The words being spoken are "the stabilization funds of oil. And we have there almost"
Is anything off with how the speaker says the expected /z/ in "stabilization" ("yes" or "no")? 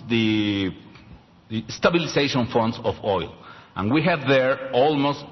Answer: yes